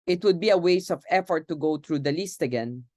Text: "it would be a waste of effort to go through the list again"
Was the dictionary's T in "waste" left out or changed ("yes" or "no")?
yes